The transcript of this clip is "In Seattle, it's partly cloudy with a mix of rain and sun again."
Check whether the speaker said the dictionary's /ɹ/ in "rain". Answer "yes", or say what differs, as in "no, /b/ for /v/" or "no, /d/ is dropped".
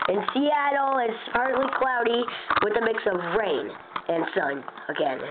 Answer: yes